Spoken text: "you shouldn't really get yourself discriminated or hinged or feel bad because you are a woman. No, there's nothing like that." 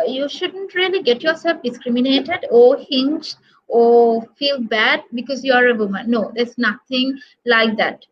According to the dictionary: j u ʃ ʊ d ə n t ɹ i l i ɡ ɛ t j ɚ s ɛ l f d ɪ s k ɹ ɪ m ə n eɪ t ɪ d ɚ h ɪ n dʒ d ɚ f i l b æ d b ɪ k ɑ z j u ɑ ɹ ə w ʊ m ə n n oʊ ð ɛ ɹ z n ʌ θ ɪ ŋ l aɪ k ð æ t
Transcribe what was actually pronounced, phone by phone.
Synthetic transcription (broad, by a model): j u ʃ ʊ d ə n t ɹ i l i ɡ ɛ t j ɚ s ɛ l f d ɪ s k ɹ ɪ m ə n eɪ t ɪ d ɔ h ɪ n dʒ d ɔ f i l b æ d b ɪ k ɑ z j u ɑ ɹ ə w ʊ m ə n n oʊ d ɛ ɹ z n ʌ t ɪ ŋ l aɪ k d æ t